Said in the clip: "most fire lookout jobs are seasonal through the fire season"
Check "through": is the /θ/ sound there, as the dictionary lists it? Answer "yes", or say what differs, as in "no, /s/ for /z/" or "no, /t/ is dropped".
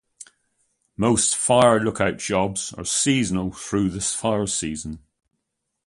yes